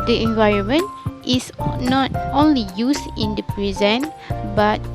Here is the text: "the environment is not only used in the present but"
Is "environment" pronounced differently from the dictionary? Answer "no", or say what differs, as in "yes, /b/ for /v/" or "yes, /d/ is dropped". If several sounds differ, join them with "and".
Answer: no